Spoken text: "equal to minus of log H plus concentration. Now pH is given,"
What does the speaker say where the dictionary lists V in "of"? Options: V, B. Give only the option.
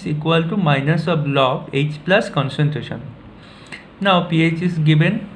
B